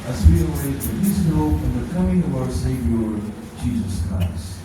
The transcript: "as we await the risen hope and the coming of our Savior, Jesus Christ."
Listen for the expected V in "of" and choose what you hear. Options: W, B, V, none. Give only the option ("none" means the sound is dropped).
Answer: V